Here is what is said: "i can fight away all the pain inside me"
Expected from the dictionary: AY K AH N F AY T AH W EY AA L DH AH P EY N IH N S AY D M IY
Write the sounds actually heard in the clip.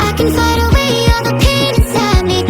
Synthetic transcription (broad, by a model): AY K AH N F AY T AH W EY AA N DH AH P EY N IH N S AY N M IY